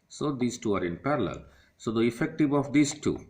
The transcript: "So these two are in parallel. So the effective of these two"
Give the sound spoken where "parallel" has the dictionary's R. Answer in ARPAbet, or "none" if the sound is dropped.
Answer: R